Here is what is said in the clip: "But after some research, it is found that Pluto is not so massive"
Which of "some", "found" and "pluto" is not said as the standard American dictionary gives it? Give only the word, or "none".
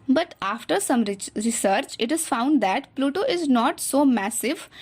none